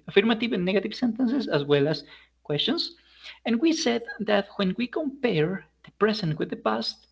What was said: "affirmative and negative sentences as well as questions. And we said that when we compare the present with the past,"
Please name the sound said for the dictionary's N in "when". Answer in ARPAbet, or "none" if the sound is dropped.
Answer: N